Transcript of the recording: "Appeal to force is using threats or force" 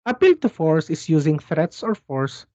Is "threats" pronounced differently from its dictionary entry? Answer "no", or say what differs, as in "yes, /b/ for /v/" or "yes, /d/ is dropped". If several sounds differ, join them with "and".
no